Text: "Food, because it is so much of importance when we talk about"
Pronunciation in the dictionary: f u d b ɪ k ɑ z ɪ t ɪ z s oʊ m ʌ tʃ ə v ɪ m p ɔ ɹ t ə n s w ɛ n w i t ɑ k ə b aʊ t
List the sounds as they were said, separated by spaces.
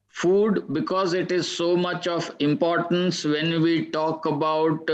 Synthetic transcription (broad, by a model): f u d b ɪ k ɑ z ɪ t ɪ z s oʊ m ʌ tʃ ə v ɪ m p ɔ ɹ t ə n s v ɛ n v i t ɑ k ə b aʊ t